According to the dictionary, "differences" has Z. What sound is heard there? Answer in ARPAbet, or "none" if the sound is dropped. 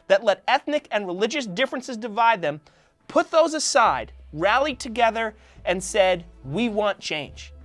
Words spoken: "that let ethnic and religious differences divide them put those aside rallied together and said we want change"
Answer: Z